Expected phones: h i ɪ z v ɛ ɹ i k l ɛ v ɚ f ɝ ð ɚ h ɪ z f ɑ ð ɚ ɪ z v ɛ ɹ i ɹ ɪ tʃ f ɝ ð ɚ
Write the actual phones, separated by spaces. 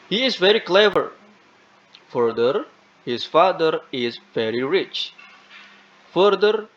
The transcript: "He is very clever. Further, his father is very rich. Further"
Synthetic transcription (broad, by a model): h i ɪ z v ɛ ɹ i k l ɛ v ɚ f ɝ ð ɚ h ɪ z f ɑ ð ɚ ɪ z v ɛ ɹ i ɹ ɪ tʃ f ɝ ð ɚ